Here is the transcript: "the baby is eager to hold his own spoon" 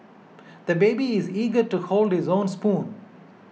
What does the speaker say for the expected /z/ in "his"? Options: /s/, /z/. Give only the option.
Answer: /z/